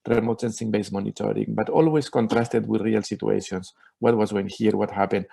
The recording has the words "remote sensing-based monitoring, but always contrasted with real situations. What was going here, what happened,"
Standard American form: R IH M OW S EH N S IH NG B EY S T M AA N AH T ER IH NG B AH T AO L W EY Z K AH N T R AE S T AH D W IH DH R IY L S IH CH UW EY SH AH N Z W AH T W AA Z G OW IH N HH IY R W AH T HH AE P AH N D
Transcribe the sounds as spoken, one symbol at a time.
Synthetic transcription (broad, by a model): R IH M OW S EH N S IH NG B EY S M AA N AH T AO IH NG B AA T AO L W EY S K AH N T R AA S T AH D W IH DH R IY L S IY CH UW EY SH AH N S W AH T W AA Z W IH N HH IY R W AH T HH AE P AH N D